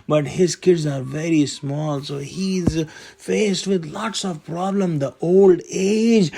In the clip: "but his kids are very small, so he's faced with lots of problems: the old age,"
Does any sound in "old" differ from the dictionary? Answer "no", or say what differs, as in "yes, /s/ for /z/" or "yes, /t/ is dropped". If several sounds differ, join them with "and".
no